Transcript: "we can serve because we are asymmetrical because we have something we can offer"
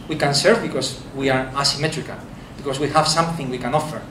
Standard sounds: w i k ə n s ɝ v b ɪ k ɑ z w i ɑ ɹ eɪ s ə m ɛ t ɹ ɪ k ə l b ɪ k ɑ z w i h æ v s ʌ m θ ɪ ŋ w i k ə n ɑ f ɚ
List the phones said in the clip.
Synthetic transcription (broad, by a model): w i k ə n s ɝ v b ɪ k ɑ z w i ɑ ɹ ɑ s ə m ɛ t ɹ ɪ k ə l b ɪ k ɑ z w i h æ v s ʌ m θ ɪ ŋ w i k ə n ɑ f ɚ